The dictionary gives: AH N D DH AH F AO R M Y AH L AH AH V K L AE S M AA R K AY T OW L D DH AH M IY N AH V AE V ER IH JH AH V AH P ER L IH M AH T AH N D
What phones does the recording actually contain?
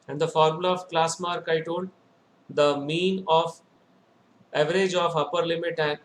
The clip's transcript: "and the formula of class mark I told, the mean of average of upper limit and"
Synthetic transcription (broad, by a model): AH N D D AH F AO R M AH L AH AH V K L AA S M AA R K AY T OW N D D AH M IY N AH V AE V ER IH JH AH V AH P ER L IH M AH T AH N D